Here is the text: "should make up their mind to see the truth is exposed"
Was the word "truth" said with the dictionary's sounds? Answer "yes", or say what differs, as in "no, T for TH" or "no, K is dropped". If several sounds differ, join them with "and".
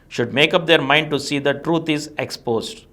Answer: no, T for TH